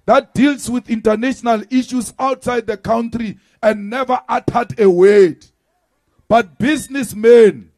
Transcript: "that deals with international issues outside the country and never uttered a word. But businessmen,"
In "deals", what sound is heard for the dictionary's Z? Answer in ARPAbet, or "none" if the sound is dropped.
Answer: S